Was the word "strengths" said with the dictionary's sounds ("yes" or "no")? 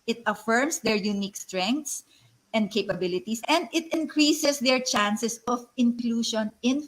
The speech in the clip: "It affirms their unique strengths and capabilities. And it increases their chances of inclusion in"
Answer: no